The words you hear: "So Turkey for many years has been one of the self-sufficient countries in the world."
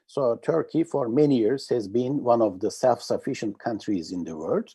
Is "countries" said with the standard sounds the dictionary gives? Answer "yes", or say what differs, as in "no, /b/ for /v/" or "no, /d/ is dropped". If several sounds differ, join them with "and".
yes